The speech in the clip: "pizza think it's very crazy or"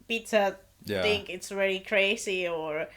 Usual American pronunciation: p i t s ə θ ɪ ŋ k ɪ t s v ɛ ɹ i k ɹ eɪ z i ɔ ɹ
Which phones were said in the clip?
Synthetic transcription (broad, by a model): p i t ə θ ɪ ŋ k ɪ t s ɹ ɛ l i k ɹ eɪ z i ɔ ɹ